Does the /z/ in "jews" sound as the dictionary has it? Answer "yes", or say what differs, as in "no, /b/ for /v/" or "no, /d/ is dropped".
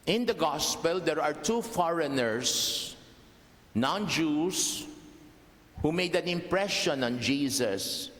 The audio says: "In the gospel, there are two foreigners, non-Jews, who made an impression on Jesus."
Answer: no, /s/ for /z/